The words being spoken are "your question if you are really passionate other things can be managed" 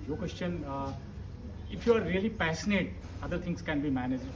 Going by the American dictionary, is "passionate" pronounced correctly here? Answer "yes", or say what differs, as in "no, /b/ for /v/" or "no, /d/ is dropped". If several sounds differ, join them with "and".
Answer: no, /s/ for /ʃ/